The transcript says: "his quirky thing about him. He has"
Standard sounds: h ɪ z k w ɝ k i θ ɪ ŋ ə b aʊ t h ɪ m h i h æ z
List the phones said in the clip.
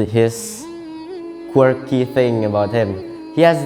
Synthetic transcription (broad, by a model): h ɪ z k w ɝ k i θ ɪ ŋ ə b aʊ t h ɪ m h i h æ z